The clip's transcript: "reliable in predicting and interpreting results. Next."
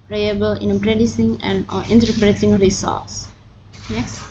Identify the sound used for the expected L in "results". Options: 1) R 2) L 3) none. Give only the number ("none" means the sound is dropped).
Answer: 3